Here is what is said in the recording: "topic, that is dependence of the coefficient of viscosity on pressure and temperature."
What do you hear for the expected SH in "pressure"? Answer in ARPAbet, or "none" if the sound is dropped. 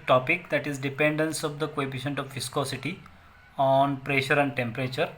SH